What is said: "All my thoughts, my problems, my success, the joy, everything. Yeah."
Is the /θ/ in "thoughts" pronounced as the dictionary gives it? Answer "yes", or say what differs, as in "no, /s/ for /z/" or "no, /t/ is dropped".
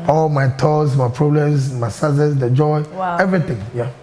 no, /t/ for /θ/